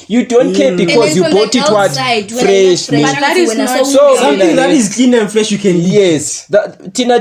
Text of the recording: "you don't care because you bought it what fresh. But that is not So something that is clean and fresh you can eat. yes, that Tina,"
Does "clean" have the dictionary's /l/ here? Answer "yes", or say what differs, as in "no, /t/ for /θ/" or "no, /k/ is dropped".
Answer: yes